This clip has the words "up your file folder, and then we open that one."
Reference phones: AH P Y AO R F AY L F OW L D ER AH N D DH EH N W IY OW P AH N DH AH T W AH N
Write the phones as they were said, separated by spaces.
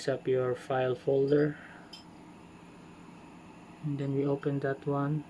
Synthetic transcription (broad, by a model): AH P Y AO R F AY L F OW L D ER AH N D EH N W IY OW P AH N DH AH T W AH N